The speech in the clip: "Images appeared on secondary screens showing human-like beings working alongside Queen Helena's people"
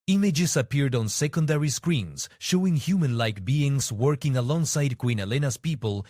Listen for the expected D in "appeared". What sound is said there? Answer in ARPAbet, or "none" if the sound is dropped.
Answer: D